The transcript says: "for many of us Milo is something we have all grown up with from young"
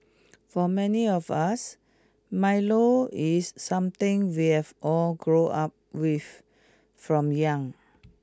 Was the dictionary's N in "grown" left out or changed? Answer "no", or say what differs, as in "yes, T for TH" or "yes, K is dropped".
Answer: yes, N is dropped